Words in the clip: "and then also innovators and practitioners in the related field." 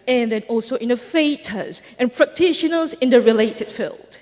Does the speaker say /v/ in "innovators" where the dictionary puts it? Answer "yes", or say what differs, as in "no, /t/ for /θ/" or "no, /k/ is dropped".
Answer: no, /f/ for /v/